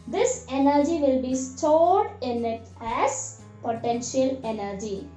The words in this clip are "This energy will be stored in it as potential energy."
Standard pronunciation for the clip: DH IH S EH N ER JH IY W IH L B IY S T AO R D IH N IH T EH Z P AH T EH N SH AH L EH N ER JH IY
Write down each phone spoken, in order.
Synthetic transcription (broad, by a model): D IH S EH N ER JH IY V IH L B IY S T AO R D IH N IH T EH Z P AH T EH N SH AH L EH N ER JH IY